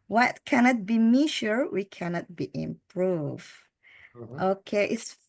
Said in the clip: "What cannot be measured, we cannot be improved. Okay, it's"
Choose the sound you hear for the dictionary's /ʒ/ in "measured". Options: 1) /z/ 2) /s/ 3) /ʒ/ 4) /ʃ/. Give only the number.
4